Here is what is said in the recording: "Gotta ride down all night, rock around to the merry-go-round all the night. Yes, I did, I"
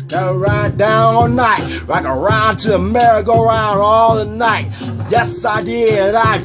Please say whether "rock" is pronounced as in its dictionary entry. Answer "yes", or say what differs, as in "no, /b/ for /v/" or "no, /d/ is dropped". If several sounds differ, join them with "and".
no, /l/ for /ɹ/